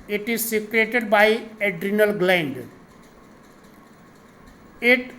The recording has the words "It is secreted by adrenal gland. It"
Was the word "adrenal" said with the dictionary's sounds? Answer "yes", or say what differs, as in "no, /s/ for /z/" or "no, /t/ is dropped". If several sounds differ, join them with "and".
yes